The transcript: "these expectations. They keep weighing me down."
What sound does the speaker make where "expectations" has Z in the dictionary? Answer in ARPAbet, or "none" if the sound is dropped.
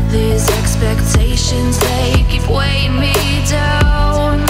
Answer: Z